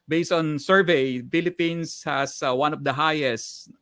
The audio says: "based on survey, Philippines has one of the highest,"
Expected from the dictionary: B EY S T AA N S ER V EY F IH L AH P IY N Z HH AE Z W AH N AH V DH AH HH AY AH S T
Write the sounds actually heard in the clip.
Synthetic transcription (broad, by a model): B EY S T AA N S ER V EY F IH L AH P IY N S HH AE S W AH N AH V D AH HH AY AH S T